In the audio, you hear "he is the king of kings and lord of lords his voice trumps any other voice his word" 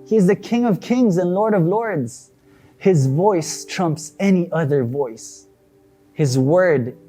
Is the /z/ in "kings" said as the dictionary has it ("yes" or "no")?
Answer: yes